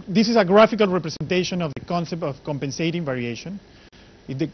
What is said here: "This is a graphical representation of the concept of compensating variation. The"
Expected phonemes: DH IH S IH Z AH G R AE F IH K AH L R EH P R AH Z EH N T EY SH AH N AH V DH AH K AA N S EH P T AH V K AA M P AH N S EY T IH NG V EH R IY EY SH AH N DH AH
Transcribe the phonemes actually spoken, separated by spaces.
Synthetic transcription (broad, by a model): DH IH S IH S AH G R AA F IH K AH L R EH P R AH S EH N T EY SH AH N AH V DH AH K AA N S EH P T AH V K AA M P AH N S EY T IH NG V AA R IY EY SH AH N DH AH